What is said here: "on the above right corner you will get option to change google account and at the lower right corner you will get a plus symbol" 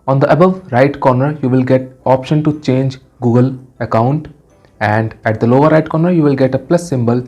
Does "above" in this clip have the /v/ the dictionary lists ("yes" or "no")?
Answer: yes